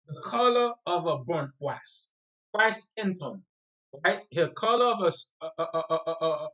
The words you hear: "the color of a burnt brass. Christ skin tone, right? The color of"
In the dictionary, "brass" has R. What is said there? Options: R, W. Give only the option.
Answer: W